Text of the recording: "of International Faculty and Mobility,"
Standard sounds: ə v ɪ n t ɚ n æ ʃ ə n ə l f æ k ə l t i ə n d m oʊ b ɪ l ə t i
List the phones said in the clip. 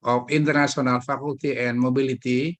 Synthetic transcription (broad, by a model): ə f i n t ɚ n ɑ s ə n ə l f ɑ k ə l t i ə n m oʊ b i l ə t i